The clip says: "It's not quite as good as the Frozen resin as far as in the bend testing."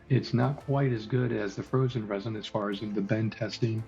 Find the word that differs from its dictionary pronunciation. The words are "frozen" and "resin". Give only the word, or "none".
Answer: none